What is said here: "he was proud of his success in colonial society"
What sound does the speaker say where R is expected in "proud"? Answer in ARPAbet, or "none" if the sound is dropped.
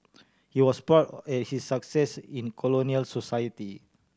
none